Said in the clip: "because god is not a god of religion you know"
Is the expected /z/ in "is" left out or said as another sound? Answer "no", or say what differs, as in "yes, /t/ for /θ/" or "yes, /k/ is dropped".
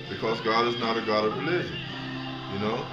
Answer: no